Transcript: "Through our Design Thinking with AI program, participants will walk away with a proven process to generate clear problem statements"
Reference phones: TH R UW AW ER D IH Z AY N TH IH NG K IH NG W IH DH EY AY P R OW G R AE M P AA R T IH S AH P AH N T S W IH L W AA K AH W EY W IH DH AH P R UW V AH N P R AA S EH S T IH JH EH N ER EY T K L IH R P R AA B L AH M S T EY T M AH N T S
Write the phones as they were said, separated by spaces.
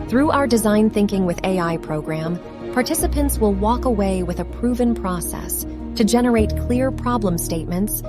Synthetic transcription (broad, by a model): TH R UW AW ER D IH Z AY N TH IH NG K IH NG W IH DH EY AY P R OW G R AE M P AA R T IH S AH P AH N T S W IH L W AA K AH W EY W IH DH AH P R UW V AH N P R AA S EH S T IH JH EH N ER EY T K L IH R P R AA B L AH M S T EY T M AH N T S